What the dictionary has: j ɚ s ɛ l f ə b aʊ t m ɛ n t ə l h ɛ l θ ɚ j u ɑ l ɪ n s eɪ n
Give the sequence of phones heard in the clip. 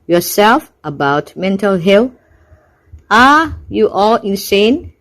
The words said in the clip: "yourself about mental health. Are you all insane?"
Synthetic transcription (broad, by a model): j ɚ s ɛ l f ə b aʊ t m ɛ n t ə l h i l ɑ j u ɑ l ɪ n s eɪ n